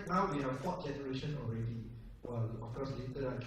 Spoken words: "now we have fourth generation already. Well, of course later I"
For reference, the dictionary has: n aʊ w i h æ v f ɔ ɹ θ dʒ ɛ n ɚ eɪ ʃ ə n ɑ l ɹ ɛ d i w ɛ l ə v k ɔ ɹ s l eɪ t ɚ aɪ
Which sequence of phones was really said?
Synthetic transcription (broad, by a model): n aʊ w i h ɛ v f ɔ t dʒ ɛ n ɚ eɪ ʃ ə n ɑ l ɹ ɛ d i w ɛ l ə f k ɔ s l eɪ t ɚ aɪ